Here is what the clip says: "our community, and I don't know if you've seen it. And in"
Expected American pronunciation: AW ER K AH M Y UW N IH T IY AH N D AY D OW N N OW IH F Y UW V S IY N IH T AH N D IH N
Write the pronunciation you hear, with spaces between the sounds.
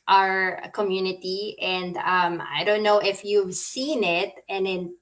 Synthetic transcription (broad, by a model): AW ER K AH M Y UW N IH T IY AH N D AY D OW N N OW IH F Y UW V S IY N IH T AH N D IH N